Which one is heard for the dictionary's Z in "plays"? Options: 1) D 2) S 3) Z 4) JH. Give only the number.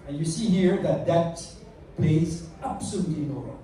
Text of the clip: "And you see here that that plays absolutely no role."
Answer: 3